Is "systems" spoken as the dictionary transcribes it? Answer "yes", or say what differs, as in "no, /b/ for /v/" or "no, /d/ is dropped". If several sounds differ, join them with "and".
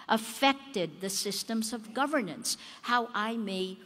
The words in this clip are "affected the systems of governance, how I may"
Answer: yes